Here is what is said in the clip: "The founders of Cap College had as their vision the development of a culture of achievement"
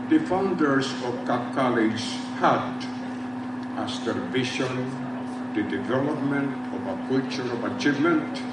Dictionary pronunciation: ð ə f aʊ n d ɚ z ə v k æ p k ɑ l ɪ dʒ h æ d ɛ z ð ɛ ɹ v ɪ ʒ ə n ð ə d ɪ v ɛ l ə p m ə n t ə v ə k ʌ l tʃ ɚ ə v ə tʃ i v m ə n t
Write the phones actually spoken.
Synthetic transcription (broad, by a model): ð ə f aʊ n d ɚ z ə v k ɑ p k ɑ l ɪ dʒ h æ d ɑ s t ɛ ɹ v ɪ ʃ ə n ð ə d ɪ v ɛ l ə p m ə n t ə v ə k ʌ tʃ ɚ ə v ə tʃ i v m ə n t